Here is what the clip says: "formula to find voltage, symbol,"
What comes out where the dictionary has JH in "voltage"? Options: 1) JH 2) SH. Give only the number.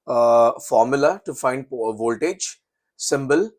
1